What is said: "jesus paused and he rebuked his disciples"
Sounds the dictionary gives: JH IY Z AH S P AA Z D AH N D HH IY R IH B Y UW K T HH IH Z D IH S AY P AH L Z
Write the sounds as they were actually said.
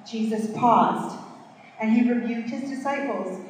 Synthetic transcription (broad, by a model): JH IY Z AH S P AA Z D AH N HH IY R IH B Y UW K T HH IH Z D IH S AY P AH L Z